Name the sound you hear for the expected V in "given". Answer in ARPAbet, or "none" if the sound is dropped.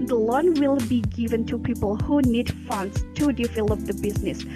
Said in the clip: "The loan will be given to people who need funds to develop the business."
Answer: V